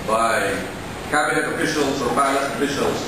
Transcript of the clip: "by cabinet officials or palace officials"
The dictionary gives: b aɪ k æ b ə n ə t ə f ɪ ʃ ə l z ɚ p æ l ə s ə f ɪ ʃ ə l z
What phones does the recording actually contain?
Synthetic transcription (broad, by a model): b aɪ k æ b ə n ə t ə f ɪ ʃ ə l z ɚ b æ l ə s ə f ɪ ʃ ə l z